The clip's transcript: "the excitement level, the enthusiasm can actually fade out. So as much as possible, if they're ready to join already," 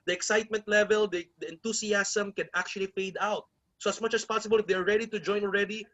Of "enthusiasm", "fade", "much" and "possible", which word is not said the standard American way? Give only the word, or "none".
enthusiasm